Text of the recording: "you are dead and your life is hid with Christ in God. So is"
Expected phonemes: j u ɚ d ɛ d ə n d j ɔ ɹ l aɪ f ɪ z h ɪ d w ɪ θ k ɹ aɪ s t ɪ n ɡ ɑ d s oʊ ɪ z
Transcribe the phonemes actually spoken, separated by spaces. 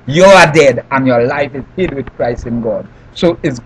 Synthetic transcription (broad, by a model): j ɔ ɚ d ɛ d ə n j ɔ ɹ l aɪ f ɪ z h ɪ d w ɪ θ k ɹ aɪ s ɪ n ɡ ɑ d s oʊ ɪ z